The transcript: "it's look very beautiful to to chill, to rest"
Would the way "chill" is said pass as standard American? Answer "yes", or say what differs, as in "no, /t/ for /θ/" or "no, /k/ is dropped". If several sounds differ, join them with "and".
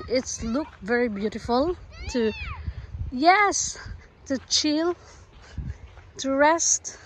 yes